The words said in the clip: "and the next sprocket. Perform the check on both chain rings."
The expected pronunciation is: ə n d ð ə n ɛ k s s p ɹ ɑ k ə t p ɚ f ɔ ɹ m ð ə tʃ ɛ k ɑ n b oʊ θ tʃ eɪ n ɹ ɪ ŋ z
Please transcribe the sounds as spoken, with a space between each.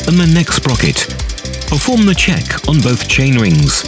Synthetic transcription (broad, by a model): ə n ð ə n ɛ k s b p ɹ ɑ k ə t p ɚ f ɔ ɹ m ð ə tʃ ɛ k n b oʊ θ tʃ eɪ n ɹ ɪ ŋ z